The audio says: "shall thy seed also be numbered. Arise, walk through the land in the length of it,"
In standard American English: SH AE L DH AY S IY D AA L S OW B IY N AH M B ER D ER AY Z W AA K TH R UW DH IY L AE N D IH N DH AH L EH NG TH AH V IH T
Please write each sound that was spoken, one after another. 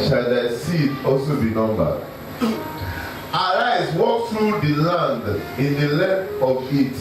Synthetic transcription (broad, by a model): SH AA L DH AY S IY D AA L S OW B IY N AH M B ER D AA AY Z W AA K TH R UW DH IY L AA N D IH N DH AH L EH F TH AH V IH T